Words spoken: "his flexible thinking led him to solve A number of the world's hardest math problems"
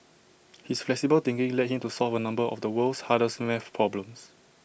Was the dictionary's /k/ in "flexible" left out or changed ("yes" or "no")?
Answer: no